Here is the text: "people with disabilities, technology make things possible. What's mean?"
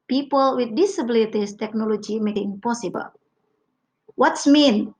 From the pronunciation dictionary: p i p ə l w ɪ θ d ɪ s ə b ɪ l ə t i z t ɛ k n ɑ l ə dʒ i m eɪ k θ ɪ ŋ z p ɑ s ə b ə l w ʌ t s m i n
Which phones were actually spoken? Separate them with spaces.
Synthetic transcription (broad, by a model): p i p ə l w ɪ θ d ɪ s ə b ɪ l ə t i s t ɛ k n ɑ l ə dʒ i m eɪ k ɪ ŋ p ɑ s ə b ə l w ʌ t s m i n